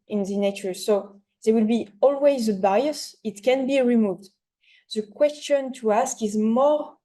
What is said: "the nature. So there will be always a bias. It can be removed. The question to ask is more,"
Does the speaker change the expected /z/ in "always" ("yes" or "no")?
no